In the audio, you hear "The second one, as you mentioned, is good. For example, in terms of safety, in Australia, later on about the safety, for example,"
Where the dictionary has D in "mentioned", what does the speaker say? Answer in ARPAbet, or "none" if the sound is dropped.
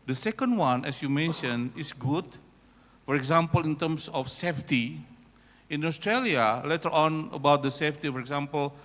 none